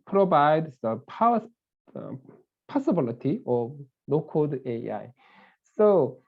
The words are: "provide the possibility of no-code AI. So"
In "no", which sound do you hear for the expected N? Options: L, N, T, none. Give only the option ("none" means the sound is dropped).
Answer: L